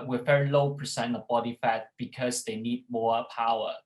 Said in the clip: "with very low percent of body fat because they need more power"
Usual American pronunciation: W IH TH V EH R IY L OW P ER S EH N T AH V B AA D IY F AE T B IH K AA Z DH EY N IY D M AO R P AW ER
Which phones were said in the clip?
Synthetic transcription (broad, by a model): W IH V EH R IY L OW P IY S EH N AH B AA D IY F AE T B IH K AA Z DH EY N IY D M AO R P AW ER